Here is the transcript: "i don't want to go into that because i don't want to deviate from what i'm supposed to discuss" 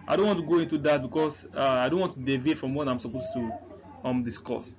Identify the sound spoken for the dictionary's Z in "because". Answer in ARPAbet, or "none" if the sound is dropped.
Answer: S